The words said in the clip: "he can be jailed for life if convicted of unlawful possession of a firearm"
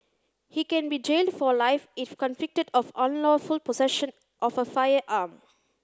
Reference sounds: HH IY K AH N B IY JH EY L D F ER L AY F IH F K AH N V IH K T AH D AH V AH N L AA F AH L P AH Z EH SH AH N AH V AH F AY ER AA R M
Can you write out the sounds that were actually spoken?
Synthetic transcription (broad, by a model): HH IY K AH N B IY JH EY L D F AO L AY F IH F K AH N F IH K T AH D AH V AH N L AA F AH L P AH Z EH SH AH N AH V AH F AY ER AA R M